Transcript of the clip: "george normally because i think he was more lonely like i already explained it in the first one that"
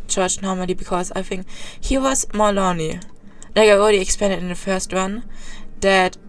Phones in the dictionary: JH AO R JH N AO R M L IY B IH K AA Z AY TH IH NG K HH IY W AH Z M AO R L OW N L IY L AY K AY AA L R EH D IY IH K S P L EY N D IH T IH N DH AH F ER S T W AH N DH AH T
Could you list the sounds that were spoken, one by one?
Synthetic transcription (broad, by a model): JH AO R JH N AO R M L IY B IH K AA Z AY TH IH NG K HH IY W AH Z M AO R L OW N L IY L AY K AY AA L R EH D IY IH K S P EY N D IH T IH N DH AH F ER S T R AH N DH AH T